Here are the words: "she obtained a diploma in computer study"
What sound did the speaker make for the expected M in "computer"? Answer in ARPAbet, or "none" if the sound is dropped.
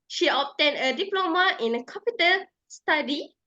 none